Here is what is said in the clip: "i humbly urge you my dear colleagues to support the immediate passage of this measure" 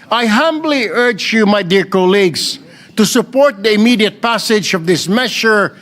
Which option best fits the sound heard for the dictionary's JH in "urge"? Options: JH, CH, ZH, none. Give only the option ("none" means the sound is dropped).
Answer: JH